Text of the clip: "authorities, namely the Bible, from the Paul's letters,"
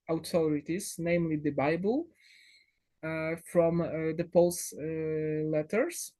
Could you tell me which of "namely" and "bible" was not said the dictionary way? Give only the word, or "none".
none